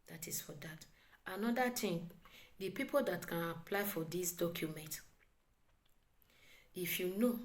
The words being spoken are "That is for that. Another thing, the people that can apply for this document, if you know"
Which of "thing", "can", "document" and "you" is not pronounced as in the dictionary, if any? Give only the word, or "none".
thing